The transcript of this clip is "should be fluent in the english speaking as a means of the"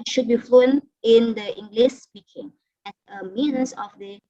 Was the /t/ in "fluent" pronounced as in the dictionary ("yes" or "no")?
no